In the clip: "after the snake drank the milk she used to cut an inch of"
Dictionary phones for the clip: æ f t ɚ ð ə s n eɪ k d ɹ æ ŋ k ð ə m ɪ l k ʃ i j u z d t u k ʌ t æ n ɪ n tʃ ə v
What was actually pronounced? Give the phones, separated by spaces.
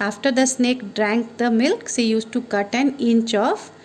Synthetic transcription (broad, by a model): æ f t ɚ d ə s n eɪ k d ɹ æ ŋ k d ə m ɪ l k s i j u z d t u k ʌ t æ n ɪ n tʃ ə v